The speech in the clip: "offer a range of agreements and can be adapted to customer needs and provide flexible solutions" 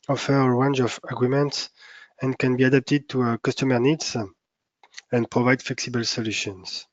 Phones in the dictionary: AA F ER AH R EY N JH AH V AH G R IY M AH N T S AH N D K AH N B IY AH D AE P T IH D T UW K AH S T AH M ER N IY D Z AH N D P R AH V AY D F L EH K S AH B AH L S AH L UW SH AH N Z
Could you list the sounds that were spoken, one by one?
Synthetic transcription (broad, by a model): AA F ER AH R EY N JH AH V AH G R IY M AH N T S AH N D K AH N B IY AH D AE P T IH D T UW K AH S T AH M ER N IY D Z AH N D P R AH V AY D F L EH K S AH B AH L S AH L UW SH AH N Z